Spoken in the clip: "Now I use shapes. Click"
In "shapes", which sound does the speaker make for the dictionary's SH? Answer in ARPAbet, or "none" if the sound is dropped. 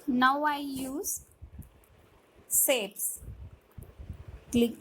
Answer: S